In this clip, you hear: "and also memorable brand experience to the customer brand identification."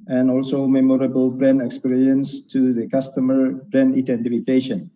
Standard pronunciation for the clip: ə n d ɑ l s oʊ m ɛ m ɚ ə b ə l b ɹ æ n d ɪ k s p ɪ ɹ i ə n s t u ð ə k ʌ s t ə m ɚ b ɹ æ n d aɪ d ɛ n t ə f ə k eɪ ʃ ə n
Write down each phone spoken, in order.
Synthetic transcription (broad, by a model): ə n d ɑ l s oʊ m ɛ m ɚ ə b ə l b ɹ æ n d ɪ k s p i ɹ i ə n s t u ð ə k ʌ s t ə m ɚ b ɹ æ n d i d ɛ n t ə f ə k eɪ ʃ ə n